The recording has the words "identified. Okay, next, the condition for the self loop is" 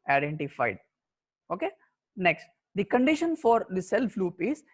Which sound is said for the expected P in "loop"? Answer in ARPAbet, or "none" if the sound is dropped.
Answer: P